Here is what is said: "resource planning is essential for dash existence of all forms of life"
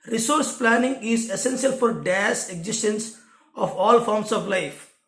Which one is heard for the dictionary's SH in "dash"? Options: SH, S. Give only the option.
S